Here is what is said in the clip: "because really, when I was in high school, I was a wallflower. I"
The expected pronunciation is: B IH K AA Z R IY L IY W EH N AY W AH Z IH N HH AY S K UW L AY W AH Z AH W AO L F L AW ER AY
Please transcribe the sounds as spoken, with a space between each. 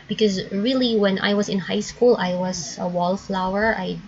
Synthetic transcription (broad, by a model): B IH K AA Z R IY L IY W EH N AY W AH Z IH N HH AY S K UW L AY W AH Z AH W AO L F L AW ER AY